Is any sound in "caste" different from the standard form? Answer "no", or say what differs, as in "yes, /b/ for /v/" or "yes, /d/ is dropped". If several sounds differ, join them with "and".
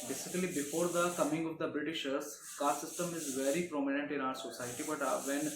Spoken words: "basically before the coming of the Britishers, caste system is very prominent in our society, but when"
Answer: yes, /s/ is dropped